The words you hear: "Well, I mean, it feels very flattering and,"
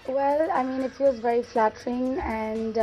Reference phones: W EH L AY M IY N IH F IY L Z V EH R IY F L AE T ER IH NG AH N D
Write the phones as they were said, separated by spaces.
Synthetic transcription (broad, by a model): W EH L AY M IY N IH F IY W Z V EH R IY F L AE T ER IH NG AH N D